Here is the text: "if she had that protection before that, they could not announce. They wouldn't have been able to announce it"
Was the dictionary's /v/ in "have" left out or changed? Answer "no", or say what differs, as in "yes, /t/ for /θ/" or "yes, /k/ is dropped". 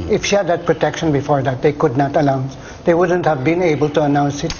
no